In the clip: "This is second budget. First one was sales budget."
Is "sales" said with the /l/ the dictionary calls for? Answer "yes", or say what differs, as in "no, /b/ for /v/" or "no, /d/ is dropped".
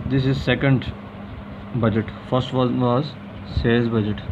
no, /l/ is dropped